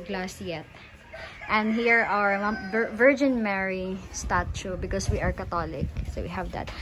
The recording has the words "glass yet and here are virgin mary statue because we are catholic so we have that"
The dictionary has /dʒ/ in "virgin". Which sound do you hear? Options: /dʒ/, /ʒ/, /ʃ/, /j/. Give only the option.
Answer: /dʒ/